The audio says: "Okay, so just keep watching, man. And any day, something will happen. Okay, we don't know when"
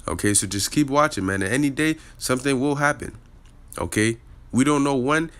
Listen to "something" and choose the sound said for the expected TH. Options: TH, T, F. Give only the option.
TH